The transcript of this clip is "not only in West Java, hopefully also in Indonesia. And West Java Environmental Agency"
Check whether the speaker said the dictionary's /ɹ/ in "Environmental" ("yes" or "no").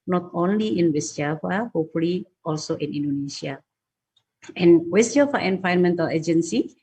no